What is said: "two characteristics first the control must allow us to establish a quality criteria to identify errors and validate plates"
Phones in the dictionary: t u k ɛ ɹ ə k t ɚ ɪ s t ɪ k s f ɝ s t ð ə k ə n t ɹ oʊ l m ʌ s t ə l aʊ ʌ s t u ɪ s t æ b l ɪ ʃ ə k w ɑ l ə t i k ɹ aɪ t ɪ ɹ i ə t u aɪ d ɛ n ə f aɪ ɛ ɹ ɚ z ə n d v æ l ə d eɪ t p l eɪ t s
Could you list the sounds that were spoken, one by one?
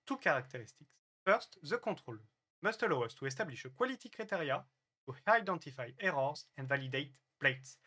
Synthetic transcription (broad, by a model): t u k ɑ ɹ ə k t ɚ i s t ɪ k s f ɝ s t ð ə k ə t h oʊ l m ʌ s t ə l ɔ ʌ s t u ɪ s t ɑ b l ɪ ʃ ə k w ɑ l ə t i k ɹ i t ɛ ɹ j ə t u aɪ d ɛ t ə f aɪ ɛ ɹ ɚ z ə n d v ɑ l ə d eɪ t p l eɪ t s